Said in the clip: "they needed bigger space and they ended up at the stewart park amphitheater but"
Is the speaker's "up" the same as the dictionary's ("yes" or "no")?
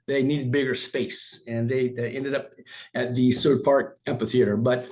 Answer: yes